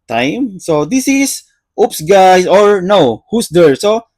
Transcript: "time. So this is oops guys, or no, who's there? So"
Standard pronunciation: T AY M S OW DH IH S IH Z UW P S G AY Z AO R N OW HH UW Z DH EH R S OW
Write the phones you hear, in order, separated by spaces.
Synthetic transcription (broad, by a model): T AY M S OW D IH S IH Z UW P S G AY S AO R N OW HH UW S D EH R S OW